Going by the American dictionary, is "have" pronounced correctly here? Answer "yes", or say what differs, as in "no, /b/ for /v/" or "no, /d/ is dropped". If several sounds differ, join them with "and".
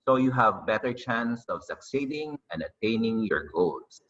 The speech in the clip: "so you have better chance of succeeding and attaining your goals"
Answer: yes